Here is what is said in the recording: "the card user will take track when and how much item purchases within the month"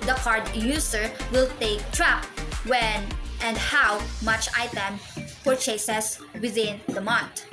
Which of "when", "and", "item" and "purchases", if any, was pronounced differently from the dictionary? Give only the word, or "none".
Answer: purchases